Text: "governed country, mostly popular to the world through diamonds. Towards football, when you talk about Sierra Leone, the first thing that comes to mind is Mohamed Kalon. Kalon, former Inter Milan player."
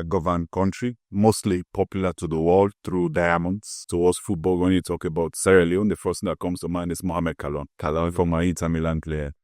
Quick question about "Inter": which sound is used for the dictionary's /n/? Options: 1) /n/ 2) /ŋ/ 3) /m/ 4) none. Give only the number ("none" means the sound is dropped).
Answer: 4